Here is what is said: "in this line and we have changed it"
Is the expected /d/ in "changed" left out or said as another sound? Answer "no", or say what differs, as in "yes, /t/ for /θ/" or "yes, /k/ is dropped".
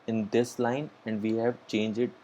yes, /d/ is dropped